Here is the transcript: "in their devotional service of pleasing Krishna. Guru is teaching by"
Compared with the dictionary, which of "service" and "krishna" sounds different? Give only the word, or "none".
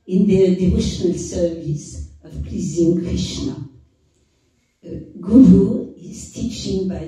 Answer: none